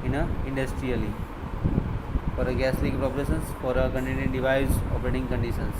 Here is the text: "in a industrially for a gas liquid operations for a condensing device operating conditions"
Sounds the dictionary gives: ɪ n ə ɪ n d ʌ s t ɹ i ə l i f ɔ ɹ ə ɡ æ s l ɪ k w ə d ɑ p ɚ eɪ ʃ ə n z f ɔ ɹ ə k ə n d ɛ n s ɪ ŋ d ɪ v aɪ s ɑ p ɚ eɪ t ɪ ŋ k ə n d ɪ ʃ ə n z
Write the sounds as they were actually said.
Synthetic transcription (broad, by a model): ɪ n ə ɪ n d ʌ s t ɹ i ə l i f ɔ ɹ ə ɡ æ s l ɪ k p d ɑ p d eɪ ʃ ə n s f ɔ ɹ ə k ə n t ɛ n ɪ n d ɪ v aɪ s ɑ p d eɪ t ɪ ŋ k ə n d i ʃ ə n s